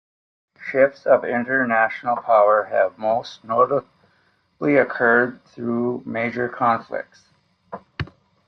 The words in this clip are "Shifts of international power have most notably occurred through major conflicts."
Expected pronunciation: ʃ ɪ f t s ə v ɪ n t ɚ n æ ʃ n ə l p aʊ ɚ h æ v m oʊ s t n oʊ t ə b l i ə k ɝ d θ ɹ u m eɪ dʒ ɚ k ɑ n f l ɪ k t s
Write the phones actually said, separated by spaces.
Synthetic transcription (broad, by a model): ʃ ɪ f t s ə v ɪ n t ɚ n æ ʃ n l p aʊ ɚ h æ v m oʊ s t n oʊ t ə l i ə k ɝ d θ ɹ u m eɪ dʒ ɚ k ɑ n f l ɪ k t s